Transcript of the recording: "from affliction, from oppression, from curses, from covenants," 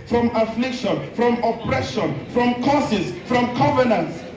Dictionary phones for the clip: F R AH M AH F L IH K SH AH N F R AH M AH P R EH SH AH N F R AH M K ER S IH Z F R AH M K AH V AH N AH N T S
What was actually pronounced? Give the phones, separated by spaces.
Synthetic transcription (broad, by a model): F R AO M AH F L IH K SH AH N F R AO M AH P R EH SH AH N F R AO M K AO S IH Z F R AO M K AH V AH N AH N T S